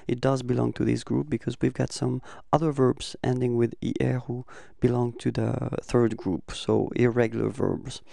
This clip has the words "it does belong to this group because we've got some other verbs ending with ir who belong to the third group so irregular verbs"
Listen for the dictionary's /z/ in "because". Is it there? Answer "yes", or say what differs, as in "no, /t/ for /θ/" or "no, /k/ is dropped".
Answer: yes